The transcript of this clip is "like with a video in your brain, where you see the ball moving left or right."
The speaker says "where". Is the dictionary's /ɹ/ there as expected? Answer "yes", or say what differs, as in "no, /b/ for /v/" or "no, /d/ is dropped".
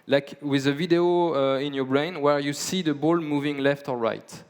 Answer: yes